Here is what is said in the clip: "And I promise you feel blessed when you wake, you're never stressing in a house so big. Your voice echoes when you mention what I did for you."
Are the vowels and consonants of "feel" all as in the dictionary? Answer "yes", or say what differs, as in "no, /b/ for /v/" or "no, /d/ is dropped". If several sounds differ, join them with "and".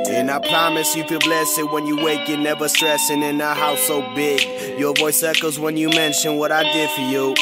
no, /n/ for /l/